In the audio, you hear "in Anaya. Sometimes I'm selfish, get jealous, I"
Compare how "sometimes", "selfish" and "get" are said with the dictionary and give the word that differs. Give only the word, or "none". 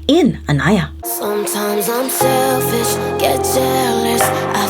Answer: selfish